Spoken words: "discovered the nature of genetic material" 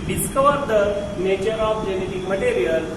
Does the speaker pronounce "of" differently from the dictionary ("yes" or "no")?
yes